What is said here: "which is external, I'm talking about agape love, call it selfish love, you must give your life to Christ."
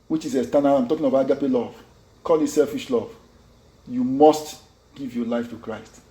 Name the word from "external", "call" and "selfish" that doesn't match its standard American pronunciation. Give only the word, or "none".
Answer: external